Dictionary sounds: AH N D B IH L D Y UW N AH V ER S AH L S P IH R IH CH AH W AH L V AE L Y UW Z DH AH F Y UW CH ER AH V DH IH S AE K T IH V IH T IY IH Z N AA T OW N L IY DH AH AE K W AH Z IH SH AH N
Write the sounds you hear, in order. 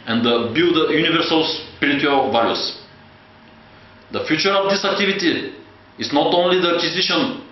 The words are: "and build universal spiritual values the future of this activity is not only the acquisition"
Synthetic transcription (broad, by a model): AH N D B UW D Y UW N AH V ER S AH L S P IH R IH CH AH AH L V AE Y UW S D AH F Y UW CH ER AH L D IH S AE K T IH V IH T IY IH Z N AA T OW N L IY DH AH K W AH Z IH SH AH N